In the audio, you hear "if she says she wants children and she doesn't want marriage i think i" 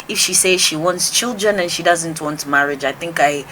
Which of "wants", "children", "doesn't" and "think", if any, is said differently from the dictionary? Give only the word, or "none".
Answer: none